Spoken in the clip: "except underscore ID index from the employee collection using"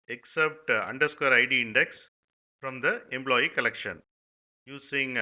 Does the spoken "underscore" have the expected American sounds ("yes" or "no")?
yes